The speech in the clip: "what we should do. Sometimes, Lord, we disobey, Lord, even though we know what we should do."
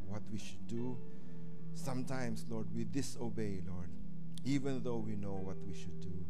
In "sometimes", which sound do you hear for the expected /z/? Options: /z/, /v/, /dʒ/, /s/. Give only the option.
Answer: /s/